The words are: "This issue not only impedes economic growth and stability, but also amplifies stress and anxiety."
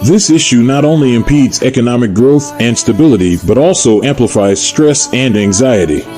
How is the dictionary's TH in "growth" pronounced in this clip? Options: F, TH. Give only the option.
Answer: TH